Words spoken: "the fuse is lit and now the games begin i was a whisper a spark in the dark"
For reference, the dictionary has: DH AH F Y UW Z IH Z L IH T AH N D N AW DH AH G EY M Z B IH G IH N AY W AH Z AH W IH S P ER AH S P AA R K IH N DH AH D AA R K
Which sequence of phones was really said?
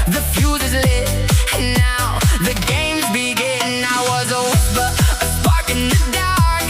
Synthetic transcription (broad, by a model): DH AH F Y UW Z IH Z L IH AH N N AW DH AH G EY M Z B IH G IH N AY W AH Z AH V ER AH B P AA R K IH N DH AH D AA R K